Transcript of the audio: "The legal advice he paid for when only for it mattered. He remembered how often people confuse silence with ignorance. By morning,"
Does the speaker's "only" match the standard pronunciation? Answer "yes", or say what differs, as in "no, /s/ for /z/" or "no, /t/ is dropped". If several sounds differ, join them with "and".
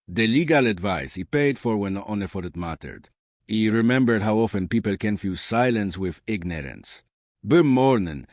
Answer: no, /l/ is dropped